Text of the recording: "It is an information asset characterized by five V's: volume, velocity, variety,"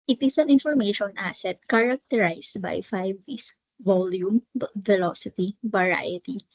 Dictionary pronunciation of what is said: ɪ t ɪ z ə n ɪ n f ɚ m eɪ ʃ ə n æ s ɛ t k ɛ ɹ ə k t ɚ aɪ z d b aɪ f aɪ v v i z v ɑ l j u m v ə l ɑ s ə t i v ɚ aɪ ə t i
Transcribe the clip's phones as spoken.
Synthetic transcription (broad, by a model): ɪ t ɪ s ə n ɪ n f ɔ m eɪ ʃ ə n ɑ s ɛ t k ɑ ɹ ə k t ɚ aɪ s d b aɪ f aɪ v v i s v ɑ l j u m f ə l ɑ s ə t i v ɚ aɪ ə t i